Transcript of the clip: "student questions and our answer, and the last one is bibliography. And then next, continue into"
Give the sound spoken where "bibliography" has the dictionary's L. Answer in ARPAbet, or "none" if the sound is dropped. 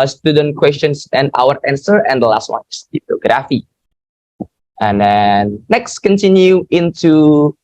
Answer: none